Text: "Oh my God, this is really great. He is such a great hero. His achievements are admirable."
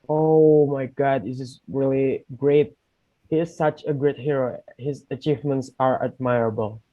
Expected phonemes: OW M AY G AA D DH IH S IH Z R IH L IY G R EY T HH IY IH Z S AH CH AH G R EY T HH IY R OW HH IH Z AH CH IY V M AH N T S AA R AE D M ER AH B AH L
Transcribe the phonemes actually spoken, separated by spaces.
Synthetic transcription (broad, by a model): OW M AY G AA D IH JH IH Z R IH L IY G R EY T HH IY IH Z S AH CH AH G R EY T HH IY R OW HH IH Z AH CH IY V M AH N T S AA R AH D M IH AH B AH L